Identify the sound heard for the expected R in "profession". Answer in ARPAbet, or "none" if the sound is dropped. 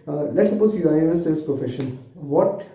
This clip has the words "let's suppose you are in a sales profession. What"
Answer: none